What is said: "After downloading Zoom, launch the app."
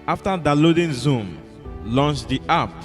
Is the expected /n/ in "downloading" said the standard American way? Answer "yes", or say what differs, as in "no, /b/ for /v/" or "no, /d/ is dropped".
no, /n/ is dropped